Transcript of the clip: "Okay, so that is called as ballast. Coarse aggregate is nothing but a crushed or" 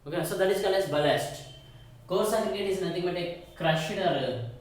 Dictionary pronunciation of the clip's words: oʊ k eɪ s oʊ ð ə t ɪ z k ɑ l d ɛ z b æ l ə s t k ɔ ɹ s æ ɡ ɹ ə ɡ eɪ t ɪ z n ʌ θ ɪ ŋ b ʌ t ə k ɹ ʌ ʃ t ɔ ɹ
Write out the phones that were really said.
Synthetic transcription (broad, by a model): oʊ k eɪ s oʊ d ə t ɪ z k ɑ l ɛ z b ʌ l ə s t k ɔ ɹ s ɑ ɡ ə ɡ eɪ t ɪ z n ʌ t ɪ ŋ b ʌ t ə k ɹ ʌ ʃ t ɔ ɹ